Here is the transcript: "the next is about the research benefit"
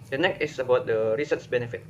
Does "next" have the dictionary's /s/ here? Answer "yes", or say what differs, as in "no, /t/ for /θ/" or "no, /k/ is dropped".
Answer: no, /s/ is dropped